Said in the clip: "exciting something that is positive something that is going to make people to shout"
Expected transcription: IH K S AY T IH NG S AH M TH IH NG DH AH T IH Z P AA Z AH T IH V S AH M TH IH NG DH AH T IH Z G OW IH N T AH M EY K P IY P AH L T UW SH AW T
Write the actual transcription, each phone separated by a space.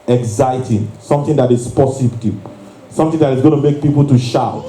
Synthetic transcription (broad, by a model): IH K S AY T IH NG S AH M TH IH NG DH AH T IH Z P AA S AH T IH S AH M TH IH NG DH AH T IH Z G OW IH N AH M EY K P IY P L T UW SH AW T